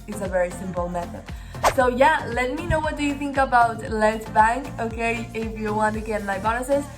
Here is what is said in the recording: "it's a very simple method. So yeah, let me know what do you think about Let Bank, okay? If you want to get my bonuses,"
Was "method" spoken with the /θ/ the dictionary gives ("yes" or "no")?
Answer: yes